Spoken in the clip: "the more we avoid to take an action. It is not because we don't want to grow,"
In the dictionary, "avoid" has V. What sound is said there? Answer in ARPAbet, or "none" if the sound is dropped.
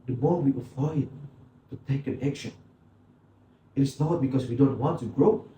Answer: F